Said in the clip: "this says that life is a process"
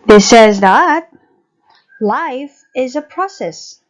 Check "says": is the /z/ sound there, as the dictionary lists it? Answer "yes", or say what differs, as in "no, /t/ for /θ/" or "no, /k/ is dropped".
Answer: yes